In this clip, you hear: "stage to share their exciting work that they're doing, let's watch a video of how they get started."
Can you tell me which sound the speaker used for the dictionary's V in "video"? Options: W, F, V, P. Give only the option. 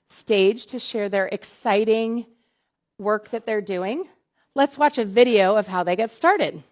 V